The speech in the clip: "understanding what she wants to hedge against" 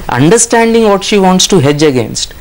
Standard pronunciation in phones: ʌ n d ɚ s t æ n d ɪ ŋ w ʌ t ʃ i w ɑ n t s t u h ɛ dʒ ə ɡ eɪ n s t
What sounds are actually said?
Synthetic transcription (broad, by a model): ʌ n d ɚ s t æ n d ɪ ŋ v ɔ t ʃ i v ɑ n t s t u h ɛ dʒ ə ɡ eɪ n s t